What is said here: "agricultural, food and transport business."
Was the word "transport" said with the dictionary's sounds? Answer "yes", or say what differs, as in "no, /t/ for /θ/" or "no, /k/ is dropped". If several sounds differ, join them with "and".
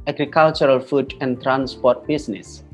yes